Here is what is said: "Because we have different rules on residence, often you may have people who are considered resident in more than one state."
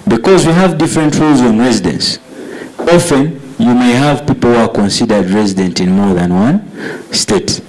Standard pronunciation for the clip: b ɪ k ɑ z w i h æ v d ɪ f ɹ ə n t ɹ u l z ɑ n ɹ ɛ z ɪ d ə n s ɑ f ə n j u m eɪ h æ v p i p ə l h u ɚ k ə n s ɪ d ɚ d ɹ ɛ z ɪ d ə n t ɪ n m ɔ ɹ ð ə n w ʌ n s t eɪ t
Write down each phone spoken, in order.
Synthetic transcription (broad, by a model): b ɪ k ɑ z w i h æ v d ɪ f ɹ ə n t ɹ u l z ɑ n ɹ ɛ z ɪ d ə n s ɑ f ə n j u m eɪ h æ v p i p l h u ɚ k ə n s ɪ d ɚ d ɹ ɛ z ɪ d ə n t ɪ n m ɔ ɹ ð ə n w ʌ n s t eɪ t